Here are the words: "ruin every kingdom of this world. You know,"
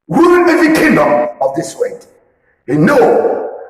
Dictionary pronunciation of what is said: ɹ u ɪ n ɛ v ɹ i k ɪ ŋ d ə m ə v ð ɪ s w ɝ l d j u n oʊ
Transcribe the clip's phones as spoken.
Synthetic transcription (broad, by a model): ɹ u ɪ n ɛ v i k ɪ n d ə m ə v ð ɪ s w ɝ d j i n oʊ